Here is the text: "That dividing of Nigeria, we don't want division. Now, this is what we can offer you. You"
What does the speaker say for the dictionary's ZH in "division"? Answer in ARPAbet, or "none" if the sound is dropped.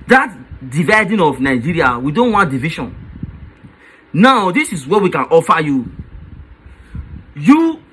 SH